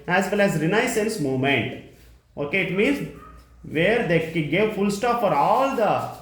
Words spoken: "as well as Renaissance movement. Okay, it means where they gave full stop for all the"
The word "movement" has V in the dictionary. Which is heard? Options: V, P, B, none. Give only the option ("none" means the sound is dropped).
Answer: none